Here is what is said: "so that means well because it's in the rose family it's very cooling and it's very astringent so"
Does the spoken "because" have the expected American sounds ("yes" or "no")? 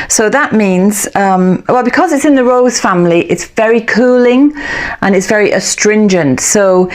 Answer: yes